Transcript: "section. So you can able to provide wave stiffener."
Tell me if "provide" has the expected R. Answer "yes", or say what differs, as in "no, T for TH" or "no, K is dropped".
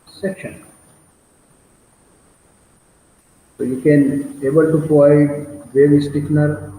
no, R is dropped